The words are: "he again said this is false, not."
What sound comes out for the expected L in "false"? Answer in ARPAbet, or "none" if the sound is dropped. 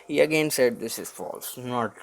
L